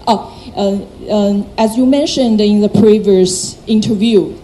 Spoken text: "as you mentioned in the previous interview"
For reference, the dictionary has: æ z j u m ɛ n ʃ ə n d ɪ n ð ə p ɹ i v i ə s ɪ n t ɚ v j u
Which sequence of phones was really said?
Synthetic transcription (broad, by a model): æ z j u m ɛ n ʃ ə n d ɪ n ð ə p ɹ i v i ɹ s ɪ n t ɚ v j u